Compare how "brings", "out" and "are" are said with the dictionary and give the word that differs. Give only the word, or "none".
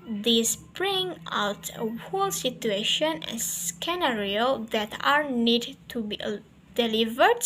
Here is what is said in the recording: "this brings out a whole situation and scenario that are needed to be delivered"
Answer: brings